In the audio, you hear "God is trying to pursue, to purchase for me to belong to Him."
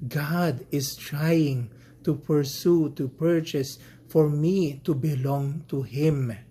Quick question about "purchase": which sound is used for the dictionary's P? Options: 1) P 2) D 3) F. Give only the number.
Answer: 1